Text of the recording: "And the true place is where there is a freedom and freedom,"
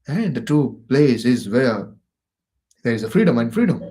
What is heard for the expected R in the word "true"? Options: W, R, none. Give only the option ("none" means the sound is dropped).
none